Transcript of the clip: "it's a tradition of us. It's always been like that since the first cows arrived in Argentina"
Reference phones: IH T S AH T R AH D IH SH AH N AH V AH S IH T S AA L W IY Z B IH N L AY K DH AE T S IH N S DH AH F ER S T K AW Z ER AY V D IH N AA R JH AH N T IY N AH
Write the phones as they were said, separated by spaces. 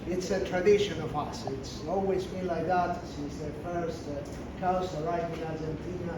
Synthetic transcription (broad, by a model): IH T S AH T R AH D IH SH AH N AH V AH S IH T S AA L W IY Z B IH N L AY K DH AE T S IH S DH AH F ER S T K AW S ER AY D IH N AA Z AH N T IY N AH